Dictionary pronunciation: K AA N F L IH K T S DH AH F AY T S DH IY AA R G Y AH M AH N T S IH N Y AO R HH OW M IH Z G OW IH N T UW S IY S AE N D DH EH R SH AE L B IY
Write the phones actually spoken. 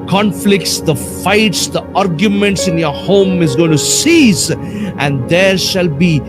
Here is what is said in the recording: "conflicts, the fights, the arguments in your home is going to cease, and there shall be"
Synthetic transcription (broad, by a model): K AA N F L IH K T S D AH F AY T S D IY AA R G Y AH M AH N T S IH N Y AO R HH OW M IH Z G OW IH N T UW S IY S AE N D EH R SH AE L B IY